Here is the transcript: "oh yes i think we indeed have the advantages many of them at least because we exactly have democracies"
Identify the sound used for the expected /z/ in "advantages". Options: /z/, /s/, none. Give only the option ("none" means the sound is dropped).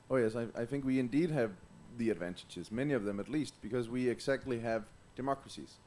/z/